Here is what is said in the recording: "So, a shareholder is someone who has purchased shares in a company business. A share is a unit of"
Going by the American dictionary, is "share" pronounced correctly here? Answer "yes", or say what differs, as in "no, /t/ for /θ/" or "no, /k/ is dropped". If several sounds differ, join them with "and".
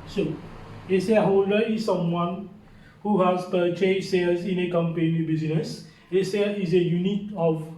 no, /s/ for /ʃ/